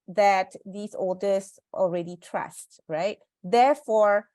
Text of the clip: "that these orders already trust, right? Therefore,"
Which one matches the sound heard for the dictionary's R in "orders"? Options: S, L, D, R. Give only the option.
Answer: L